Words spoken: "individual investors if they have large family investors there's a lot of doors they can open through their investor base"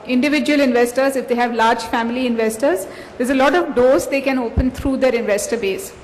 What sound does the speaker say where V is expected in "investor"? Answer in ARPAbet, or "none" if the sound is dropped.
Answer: V